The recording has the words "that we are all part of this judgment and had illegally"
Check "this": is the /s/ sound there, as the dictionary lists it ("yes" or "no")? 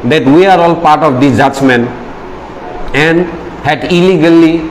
no